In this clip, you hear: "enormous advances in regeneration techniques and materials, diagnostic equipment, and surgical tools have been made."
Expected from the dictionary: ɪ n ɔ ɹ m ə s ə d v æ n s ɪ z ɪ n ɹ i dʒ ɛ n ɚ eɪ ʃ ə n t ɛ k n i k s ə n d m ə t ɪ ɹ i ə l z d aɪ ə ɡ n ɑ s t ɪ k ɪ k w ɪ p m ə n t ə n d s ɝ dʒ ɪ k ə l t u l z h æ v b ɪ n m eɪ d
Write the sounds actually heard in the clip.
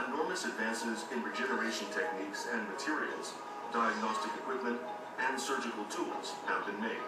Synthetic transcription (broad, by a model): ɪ n ɔ ɹ m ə s ə d v æ n s ɪ z ɪ n ɹ i dʒ ɛ n ɚ eɪ ʃ ə n t ɛ k n i k s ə n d m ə t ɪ ɹ i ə l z d aɪ ə ɡ n ɑ s t ɪ k ɪ k w ɪ p m ə n t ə n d s ɝ dʒ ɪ k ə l t u l z h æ v b ɪ n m eɪ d